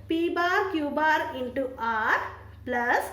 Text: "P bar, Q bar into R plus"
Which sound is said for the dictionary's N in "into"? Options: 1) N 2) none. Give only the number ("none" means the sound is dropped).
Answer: 1